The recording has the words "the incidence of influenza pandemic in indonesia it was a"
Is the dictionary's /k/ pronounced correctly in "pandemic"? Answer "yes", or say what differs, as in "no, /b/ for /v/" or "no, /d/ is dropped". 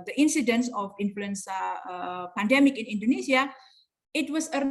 yes